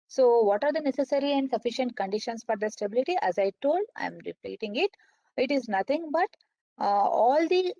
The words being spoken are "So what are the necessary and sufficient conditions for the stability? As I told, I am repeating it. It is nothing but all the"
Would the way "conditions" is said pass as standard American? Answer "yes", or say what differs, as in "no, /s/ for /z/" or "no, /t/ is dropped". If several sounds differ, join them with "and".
no, /s/ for /z/